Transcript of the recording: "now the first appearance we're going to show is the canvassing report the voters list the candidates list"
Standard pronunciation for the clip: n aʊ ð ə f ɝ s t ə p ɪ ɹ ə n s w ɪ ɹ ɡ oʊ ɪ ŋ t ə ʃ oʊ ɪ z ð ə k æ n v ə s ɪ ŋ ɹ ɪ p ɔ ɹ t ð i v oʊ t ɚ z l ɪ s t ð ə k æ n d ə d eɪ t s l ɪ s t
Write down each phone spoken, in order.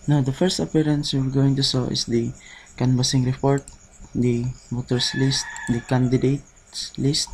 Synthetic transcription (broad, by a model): n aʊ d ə f ɝ s t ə p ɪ ɹ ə n s w ɪ ɹ ɡ oʊ ɪ ŋ t ə s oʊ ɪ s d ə k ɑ n b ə s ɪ ŋ ɹ ɪ p ɔ ɹ t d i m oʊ t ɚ s l ɪ s t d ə k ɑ n d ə d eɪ t s l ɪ s t